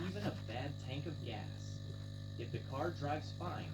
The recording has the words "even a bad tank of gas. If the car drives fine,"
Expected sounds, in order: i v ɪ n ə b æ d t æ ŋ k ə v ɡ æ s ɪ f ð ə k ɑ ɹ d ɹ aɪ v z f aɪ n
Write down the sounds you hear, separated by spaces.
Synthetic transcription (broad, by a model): i v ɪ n ə b æ d t æ ŋ k ə v ɡ æ s ɪ f ð ə k ɑ ɹ d ɹ aɪ v z f aɪ n